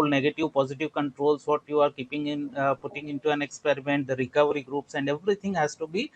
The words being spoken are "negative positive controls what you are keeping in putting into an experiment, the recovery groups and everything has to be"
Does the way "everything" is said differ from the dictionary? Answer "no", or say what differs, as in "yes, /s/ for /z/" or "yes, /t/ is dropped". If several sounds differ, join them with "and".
yes, /t/ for /θ/